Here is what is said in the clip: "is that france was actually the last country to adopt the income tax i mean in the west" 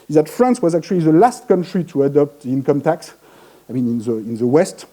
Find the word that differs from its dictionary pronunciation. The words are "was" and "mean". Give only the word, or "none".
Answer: none